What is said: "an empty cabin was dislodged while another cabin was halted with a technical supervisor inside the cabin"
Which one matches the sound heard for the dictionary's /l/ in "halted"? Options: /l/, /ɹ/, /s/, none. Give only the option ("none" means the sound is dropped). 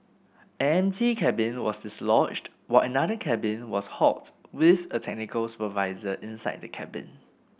none